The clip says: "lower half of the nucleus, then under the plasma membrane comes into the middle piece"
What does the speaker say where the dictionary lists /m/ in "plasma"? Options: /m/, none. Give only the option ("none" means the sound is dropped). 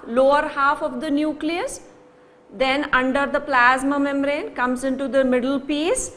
/m/